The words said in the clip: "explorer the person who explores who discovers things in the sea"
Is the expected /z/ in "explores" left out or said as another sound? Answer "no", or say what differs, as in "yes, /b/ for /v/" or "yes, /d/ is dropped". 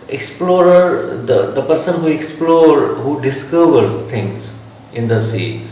yes, /z/ is dropped